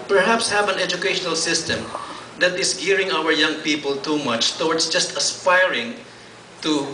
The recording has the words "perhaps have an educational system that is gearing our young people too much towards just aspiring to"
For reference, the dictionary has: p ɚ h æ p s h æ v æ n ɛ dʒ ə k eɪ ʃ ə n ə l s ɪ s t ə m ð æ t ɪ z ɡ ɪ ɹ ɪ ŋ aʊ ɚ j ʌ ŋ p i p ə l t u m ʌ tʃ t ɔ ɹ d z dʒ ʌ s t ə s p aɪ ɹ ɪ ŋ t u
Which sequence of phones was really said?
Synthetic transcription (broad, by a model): p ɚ h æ p s h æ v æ n ɛ dʒ ə k eɪ ʃ ə n ə l s ɪ s t ə m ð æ t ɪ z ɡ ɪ ɹ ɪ ŋ aʊ ɚ j ʌ ŋ p i p ə l t u m ʌ tʃ t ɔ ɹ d s dʒ ʌ s t ə s p aɪ ɹ ɪ ŋ t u